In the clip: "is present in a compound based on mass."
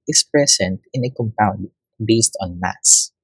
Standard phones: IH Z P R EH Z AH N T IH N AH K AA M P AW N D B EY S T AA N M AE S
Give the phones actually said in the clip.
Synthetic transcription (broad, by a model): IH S P R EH S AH N T IH N AH K AA M P AW N D B EY S T AA N M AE S